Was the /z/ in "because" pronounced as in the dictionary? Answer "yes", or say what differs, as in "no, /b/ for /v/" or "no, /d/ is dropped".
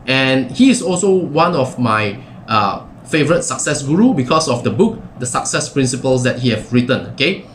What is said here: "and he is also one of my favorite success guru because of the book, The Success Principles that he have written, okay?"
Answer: no, /s/ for /z/